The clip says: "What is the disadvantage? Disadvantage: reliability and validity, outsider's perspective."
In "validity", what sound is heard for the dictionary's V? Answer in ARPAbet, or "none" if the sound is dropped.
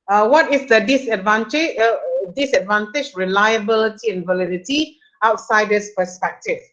V